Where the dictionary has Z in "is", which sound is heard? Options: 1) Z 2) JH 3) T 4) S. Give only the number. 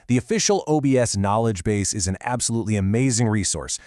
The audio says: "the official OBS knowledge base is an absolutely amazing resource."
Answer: 1